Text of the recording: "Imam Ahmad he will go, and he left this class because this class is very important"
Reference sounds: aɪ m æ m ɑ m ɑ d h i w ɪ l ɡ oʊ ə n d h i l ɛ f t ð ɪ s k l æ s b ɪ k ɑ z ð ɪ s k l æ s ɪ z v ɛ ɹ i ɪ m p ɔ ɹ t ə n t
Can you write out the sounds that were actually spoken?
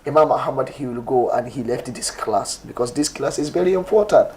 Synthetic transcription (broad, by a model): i m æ m ɑ m ɑ d h i w ɪ l ɡ oʊ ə n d h i l ɛ f t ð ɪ s k l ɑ s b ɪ k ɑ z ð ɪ s k l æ s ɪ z v ɛ ɹ i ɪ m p ɔ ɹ t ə n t